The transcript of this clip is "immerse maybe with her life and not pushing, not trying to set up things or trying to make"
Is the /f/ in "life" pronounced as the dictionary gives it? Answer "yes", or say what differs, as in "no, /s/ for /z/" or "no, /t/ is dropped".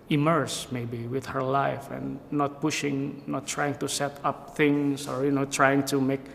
yes